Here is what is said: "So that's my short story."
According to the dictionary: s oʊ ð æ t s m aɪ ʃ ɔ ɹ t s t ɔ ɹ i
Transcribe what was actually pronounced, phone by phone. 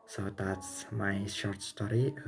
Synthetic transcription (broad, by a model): s oʊ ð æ t s m aɪ ʃ ɔ ɹ t s t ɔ ɹ i